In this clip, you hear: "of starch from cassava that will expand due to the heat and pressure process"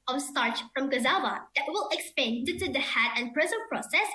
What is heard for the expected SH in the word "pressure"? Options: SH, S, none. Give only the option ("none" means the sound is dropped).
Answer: S